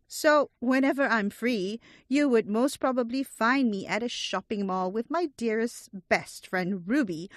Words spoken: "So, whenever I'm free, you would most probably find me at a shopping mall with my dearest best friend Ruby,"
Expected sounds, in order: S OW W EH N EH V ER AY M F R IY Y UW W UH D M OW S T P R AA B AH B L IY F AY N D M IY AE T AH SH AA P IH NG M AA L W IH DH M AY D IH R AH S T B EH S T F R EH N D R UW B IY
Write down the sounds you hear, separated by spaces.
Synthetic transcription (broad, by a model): S OW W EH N EH V ER AY M F R IY Y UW W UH D M OW S T P R AA B AH B L IY F AY N D M IY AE T AH SH AA P IH NG M AA L W IH DH M AY D IH R AH S T B EH S T F R EH N D R UW B IY